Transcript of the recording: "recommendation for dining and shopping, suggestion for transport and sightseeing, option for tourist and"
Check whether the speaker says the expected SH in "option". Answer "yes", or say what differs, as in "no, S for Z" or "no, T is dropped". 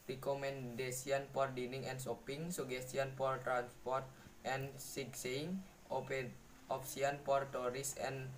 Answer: no, S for SH